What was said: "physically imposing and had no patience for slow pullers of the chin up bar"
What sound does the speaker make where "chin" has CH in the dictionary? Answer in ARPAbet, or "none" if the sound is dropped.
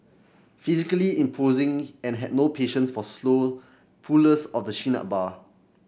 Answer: SH